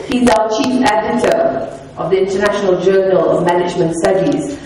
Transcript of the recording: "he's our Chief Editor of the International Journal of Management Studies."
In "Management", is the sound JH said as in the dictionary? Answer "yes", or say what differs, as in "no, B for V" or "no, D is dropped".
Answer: yes